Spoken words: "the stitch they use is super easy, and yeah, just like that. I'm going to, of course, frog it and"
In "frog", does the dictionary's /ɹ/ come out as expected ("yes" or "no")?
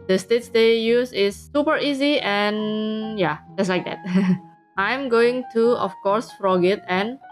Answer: yes